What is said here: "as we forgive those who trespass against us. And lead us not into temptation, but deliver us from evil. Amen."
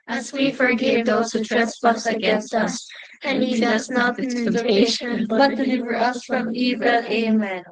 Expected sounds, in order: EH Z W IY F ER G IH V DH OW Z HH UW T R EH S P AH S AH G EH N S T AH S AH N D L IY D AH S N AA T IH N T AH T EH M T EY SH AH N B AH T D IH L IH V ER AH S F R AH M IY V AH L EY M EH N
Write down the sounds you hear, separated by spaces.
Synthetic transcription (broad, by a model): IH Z W IY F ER G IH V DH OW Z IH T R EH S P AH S AH G EH N S T AH S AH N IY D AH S N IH T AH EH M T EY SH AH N B AH T D IH L IH V ER AH S F R AH M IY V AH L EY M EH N